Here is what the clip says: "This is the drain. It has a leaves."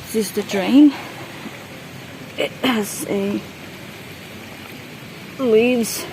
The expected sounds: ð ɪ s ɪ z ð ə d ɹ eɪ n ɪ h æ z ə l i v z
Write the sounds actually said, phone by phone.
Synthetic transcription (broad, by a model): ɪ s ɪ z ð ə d ɹ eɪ ɪ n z ə l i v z